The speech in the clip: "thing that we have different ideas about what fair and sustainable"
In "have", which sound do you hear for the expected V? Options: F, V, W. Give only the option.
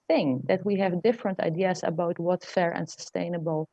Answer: V